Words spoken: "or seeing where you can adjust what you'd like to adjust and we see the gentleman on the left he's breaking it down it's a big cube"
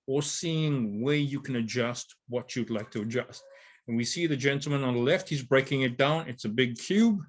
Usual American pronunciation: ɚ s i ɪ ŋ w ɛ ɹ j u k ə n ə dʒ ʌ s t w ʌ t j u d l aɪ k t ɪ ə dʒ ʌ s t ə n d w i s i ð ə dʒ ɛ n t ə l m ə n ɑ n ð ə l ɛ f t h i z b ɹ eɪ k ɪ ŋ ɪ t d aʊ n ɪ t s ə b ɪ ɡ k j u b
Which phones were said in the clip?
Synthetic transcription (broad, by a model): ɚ s i ɪ ŋ w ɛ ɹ j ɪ k ə n ə dʒ ʌ s t w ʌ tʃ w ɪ d l aɪ k t ɪ ə dʒ ʌ s t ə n w i s i ð ə dʒ ɛ n t l m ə n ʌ n ð ə l ɛ f t h i z b ɹ eɪ k ɪ ŋ ɪ t d aʊ n ɪ t s ə b ɪ ɡ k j u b